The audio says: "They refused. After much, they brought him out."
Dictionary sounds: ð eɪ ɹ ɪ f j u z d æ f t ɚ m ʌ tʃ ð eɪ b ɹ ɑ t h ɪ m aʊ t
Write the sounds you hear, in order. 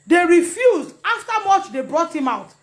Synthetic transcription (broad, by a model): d eɪ ɹ ɪ f j u z d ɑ f t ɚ m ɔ tʃ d eɪ b ɹ ɑ t h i m aʊ t